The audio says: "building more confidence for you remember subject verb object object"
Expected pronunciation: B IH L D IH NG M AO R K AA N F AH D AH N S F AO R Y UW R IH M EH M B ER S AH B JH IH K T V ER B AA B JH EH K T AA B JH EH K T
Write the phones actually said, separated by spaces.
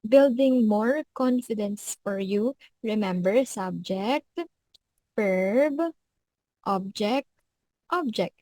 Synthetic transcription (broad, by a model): B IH L D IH NG M AO R K AA N F AH D AH N S F AO R Y UW R IH M EH M B ER S AH B JH IH K T P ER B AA B JH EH K T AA B JH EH K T